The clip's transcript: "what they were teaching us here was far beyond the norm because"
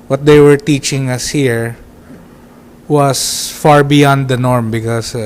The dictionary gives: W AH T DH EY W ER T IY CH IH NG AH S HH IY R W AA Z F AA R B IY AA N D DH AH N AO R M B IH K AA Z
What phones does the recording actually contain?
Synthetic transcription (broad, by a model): W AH T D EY W ER T IY CH IH NG AH S HH IY R W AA S F AA R B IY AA N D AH N AO R M B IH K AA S